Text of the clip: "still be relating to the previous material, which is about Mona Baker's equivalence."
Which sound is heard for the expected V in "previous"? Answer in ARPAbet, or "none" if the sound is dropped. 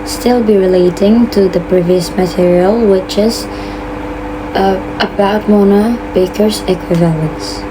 V